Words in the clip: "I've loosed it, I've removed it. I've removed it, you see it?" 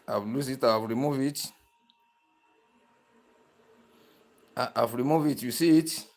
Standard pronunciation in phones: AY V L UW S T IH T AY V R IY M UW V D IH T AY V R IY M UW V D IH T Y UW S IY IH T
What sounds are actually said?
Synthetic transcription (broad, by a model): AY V L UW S IH T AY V R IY M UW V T IH T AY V R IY M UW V IH T Y UW S IY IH T